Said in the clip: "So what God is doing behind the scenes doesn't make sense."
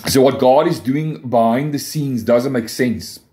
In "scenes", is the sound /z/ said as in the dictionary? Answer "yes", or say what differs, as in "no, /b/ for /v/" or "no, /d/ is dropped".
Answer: yes